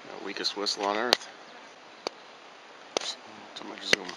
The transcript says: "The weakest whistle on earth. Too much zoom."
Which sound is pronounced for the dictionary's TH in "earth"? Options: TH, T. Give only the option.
TH